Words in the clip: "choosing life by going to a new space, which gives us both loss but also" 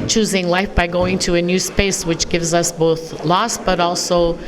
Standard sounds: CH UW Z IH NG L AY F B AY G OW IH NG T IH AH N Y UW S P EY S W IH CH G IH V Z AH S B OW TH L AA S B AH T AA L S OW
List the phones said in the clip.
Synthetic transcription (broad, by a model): CH UW Z IH NG L AY F B AY G OW IH NG T IH AH N Y UW S P EY S W IH CH G IH V Z AH S B OW TH L AA S B AH T AA L S OW